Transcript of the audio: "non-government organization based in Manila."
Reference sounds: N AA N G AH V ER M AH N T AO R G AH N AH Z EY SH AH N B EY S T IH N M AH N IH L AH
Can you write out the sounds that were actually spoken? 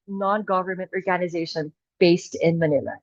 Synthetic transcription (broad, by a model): N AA N G AH V ER M AH N T AO R G AH N AH Z EY SH AH N B EY S T IH N M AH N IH L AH